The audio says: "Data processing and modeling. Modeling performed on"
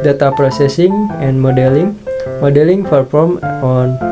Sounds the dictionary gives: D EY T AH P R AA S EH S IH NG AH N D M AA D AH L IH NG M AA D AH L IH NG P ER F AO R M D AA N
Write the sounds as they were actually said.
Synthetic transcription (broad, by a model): D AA T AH P R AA S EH S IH NG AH N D M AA D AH L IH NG M AA D AH L IH NG F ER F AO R M AA N